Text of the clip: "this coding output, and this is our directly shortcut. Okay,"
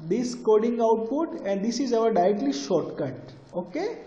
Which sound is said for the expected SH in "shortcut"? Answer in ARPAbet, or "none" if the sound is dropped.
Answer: SH